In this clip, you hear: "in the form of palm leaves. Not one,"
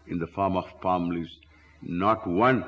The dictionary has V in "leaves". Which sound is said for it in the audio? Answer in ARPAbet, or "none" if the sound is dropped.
none